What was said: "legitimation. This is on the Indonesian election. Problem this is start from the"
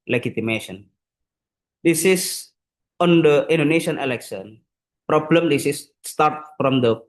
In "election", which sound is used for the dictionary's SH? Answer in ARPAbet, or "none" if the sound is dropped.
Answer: S